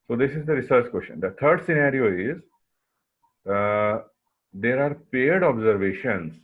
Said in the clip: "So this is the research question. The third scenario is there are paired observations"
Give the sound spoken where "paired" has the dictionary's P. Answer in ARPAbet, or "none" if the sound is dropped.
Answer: P